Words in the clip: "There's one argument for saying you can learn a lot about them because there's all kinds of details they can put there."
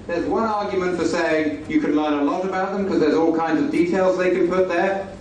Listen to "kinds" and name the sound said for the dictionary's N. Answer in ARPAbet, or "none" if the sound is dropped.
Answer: N